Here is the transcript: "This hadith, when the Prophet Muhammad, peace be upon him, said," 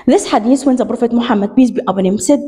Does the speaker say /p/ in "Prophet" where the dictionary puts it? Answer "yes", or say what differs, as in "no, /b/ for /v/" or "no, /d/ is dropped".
no, /b/ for /p/